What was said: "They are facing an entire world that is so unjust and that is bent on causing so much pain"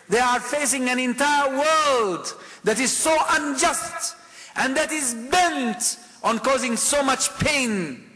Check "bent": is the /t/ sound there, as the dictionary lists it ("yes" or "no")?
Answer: yes